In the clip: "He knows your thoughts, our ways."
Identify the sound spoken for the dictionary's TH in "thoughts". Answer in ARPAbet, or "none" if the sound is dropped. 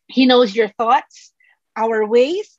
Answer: TH